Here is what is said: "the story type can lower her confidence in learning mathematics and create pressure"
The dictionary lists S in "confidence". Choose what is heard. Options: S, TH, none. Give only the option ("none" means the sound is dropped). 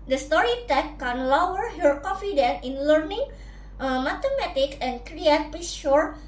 none